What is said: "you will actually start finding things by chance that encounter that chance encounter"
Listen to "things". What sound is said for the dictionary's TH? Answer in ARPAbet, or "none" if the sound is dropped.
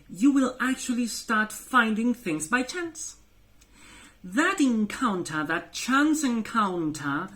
TH